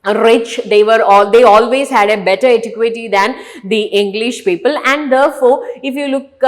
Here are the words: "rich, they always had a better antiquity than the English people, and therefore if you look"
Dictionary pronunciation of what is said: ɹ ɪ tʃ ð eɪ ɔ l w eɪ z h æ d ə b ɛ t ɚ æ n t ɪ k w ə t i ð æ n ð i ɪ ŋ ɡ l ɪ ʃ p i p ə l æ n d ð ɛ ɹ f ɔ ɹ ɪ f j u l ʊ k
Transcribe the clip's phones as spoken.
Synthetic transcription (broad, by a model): ɹ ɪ tʃ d eɪ ɔ l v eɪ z h æ d ə b ɛ t ɚ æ t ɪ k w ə t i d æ n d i ɪ ŋ ɡ l ɪ ʃ p i p ə l æ n d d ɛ ɹ f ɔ ɹ ɪ f j u l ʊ k